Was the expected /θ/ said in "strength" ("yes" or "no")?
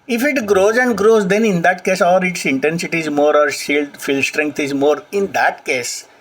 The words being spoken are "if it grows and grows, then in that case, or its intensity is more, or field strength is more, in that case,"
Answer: no